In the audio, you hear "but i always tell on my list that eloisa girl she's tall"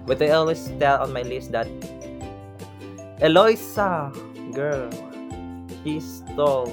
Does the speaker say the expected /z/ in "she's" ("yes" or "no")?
no